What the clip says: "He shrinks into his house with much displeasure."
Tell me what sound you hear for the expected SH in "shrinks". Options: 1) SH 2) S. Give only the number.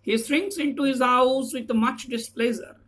2